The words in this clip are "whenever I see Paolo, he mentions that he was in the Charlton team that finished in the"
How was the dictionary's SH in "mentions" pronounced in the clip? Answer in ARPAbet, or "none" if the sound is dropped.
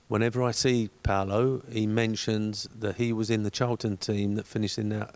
SH